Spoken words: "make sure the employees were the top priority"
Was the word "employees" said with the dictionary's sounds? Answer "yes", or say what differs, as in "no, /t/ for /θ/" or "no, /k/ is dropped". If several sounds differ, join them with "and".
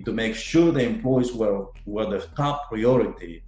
no, /z/ is dropped